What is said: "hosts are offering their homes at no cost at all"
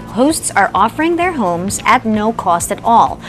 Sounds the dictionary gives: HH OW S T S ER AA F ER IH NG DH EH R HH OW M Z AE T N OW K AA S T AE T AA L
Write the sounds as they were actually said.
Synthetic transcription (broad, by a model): HH OW S T S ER AA F ER IH NG DH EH R HH OW M Z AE T N OW K AA S T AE T AA L